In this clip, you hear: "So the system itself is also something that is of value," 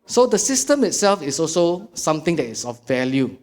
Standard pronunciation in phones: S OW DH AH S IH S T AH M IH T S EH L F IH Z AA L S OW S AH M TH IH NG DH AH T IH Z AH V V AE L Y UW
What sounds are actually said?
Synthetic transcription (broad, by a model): S OW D AH S IH S T AH M IH T S EH L F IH S AA L S OW S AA M T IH NG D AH T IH S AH F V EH L Y UW